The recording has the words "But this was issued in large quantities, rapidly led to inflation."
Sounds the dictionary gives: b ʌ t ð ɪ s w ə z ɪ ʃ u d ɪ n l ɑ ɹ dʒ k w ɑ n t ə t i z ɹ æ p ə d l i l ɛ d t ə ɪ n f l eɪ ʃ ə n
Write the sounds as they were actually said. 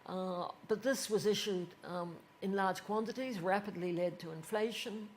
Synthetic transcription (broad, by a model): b ʌ t ð ɪ s w ə z ɪ ʃ u d ɪ n l ɑ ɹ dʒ k w ɑ n t ə t i z ɹ æ p ə d l i l ɛ d t ə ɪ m f l eɪ ʃ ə n